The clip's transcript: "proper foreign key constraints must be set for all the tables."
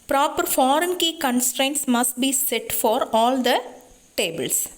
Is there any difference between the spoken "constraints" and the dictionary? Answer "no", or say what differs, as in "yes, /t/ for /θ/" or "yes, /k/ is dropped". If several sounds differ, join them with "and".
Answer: no